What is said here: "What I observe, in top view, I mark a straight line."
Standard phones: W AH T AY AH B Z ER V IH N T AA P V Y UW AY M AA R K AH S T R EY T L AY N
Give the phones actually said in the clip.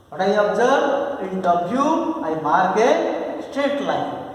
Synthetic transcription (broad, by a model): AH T AY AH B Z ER B IH N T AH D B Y UW AY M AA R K AH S T EY T L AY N